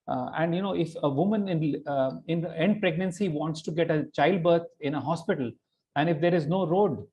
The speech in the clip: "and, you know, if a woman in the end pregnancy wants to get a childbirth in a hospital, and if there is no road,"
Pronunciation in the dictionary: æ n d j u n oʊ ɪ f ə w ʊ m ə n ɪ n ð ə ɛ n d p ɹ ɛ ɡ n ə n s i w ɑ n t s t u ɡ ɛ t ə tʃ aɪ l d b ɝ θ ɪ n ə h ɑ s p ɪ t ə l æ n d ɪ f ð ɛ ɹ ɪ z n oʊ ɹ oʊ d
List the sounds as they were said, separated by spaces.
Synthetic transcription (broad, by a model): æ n d j u n oʊ ɪ f ə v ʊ m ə n ɪ n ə ɛ n d p ɹ ɛ ɡ n ə n s i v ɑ n t s t u ɡ ɛ t ə tʃ aɪ l d b ɝ t ɪ n ə h ɑ s p ɪ t ə l æ n d ɪ f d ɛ ɹ ɪ z n oʊ ɹ oʊ d